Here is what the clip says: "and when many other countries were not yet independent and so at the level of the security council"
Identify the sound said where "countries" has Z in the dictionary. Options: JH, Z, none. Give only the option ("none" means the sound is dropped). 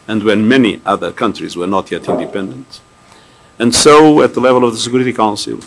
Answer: Z